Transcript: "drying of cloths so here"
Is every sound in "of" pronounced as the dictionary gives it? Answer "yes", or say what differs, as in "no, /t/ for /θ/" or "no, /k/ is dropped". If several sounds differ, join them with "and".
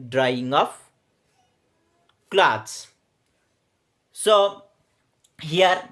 no, /p/ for /v/